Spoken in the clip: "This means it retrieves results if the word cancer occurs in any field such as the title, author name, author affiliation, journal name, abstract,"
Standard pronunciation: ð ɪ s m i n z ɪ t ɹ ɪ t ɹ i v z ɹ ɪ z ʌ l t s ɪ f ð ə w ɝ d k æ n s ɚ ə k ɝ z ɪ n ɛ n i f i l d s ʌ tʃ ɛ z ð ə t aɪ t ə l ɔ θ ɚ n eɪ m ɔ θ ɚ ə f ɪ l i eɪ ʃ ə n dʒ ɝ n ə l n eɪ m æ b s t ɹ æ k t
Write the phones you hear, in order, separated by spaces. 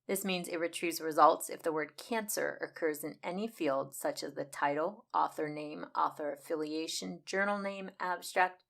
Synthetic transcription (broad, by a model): ð ɪ s m i n z ɪ t ɹ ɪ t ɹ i z ɹ ɪ z ʌ l t s ɪ f ð ə w ɝ d k æ n s ɚ ə k ɝ z ɪ n ɛ n i f i l d s ʌ tʃ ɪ z ð ə t aɪ t l ɔ θ ɚ n eɪ m ɔ θ ɚ ə f ɪ l i eɪ ʃ ə n dʒ ɝ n l n eɪ m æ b s t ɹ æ k t